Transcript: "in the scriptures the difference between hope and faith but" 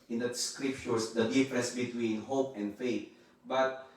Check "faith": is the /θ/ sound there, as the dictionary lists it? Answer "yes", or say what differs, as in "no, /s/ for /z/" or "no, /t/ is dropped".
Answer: no, /t/ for /θ/